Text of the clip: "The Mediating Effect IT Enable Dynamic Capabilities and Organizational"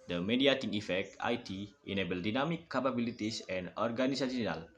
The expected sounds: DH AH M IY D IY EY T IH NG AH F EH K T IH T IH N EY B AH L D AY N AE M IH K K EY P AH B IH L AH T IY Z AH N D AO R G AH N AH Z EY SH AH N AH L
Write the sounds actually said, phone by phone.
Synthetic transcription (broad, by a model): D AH M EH D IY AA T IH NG AH F EH K T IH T IH N EY B AH L D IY N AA M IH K K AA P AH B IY L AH T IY S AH N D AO R G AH N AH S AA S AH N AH L